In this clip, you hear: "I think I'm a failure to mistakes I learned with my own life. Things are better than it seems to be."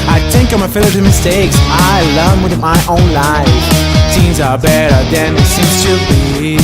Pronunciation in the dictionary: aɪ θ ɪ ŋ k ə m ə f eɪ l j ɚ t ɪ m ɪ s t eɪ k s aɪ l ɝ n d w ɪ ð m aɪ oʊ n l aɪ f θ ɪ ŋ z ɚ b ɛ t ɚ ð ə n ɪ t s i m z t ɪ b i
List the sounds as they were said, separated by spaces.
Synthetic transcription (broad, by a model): aɪ θ ɪ ŋ k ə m ə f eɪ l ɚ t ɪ m ɪ s t eɪ k s aɪ l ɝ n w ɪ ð m aɪ oʊ n l aɪ f t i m z ɚ b ɛ t ɚ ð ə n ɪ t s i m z t ɪ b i